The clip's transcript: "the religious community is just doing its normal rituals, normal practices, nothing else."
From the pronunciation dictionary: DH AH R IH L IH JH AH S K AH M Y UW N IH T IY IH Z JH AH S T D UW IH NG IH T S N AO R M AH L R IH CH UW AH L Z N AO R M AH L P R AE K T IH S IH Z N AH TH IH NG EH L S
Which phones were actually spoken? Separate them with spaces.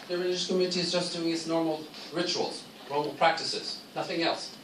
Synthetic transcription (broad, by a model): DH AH R IH L IH JH AH S K AH M Y UW N IH T IY IH Z JH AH S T D UW IH NG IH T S N AO R M AH L R IH CH UW AH L Z N AO R M AH L P R AE K T IH S IH Z N AH TH IH NG EH L S